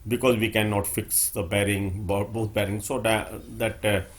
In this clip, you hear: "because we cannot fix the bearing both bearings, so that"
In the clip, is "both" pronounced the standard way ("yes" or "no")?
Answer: no